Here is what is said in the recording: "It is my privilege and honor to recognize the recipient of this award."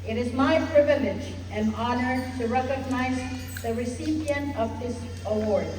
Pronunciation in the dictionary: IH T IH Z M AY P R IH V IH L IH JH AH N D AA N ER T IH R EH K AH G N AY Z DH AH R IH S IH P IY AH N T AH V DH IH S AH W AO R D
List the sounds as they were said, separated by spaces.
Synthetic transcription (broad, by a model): IH T IH Z M AY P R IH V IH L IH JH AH N AA N ER T IH R EH K AH G N AY Z DH AH R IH S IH P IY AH N T AH V DH IH S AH W AO R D